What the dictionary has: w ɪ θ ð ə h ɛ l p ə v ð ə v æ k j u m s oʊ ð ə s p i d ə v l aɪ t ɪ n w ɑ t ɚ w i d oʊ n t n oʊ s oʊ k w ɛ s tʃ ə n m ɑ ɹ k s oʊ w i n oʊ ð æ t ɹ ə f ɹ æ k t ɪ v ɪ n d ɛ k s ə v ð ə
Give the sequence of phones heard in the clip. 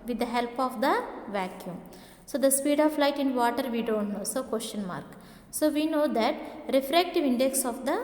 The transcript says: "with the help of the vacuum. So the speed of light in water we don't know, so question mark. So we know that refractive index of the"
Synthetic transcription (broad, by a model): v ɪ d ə h ɛ l p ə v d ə v æ k j u m s oʊ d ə s p i d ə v l aɪ t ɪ n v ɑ t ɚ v i d oʊ n t n oʊ s oʊ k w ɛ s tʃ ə n m ɑ ɹ k s oʊ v i n oʊ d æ t ɹ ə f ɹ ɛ k t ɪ v ɪ n d ɛ k s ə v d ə